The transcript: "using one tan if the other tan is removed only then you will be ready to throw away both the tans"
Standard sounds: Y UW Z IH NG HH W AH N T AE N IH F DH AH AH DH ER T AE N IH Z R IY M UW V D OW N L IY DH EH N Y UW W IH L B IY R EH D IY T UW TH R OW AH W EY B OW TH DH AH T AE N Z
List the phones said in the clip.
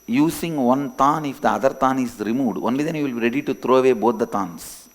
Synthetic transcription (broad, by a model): Y UW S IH NG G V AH N T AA N IH F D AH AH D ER T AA N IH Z R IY M UW D OW N L IY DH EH N Y UW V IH L B IY R EH D IY T UW T R OW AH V EY B OW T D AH T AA N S